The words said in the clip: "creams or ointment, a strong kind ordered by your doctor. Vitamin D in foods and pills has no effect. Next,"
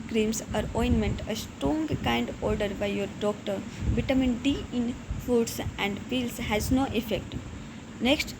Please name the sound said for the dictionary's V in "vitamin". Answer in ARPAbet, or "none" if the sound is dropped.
B